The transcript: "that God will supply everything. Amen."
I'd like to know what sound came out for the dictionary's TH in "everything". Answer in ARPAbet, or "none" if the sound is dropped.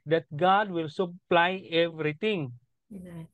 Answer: T